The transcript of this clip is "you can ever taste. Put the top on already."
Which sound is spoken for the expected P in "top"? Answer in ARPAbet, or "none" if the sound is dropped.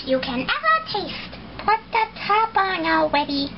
B